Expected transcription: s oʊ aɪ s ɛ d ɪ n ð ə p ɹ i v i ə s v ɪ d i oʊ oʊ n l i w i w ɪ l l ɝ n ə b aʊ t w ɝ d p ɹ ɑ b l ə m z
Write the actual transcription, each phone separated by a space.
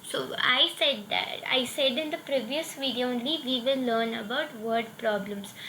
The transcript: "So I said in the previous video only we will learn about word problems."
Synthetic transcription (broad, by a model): s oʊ aɪ s ɛ d ɪ n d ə p ɹ i v i ə s v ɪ d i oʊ oʊ n l i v i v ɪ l l ɝ n ə b aʊ t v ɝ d p ɹ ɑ b l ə m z